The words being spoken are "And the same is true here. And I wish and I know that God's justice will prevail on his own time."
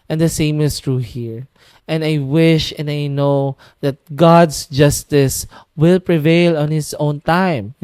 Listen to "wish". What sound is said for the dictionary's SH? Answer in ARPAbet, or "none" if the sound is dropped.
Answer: SH